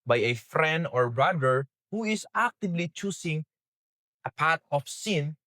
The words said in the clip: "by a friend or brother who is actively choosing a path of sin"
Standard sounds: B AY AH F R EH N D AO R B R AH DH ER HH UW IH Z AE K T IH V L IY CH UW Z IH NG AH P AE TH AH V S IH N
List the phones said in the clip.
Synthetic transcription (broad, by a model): B AY AH F R EH N D AO R B R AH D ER HH UW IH S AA K T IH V L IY CH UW S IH NG AH P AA T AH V S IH N